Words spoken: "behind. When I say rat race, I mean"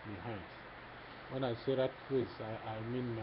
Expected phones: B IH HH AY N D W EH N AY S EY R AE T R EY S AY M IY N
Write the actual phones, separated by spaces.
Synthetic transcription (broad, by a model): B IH HH AY N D W EH N AY S EY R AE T W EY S AY M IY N